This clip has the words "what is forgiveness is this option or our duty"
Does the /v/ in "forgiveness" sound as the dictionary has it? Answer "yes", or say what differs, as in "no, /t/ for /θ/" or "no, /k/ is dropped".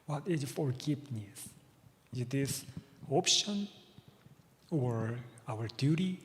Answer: no, /p/ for /v/